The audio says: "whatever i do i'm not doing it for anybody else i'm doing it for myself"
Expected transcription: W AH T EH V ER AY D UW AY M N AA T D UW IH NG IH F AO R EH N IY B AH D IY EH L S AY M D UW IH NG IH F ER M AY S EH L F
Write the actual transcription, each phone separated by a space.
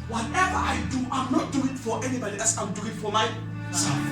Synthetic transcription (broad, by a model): W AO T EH V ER AY D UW AY M N AA T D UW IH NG F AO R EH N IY B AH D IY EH S AY M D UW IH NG F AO M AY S